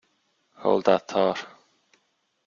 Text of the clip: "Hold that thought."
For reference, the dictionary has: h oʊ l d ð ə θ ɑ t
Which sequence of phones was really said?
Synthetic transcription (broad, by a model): h oʊ l d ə t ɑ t